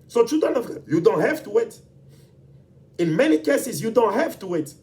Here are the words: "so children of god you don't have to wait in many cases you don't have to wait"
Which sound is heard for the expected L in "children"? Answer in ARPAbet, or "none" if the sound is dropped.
none